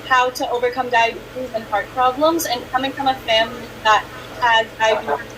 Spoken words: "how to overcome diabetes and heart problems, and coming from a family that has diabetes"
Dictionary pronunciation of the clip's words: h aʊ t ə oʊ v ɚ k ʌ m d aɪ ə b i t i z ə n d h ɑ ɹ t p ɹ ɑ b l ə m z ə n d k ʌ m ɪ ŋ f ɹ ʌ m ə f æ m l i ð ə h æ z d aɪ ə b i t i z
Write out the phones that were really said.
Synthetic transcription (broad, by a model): h aʊ t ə oʊ v ɚ k ʌ m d aɪ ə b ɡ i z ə n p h ɑ ɹ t p ɹ ɑ b l ə m z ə n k ʌ m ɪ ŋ f ɹ ʌ m ə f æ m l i ð ə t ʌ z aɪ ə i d